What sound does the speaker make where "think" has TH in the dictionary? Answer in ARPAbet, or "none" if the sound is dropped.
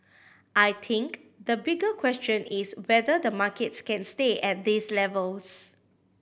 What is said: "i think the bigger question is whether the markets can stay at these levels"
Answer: T